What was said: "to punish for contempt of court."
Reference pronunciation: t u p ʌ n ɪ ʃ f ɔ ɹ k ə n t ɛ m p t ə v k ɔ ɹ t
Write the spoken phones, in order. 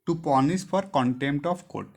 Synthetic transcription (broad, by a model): t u p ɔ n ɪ s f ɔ ɹ k ə n t ɛ m p t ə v k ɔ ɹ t